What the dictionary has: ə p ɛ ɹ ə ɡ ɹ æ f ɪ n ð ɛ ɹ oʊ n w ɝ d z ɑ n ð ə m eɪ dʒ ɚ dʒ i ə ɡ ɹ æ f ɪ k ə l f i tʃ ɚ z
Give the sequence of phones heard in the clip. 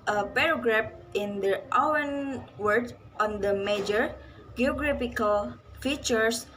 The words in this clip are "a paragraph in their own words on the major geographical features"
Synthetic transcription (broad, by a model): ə p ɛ ɹ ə ɡ ɹ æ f ɪ n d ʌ w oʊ n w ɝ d ɑ n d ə m eɪ dʒ ɚ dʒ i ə ɡ ɹ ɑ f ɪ k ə l f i tʃ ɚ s